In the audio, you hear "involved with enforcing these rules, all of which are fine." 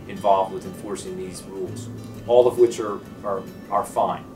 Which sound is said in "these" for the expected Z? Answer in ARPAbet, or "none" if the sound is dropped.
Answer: Z